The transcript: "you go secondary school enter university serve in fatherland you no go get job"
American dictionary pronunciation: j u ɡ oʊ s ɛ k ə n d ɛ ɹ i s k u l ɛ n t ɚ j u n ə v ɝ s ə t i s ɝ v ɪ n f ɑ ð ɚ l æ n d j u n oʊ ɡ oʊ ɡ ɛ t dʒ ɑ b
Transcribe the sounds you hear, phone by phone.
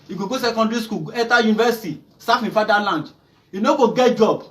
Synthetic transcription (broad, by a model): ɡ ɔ ɡ oʊ s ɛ k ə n d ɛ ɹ i s k u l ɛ t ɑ j u n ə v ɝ s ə t i s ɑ f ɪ f ɑ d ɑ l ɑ n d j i n oʊ ɡ oʊ ɡ ɛ t dʒ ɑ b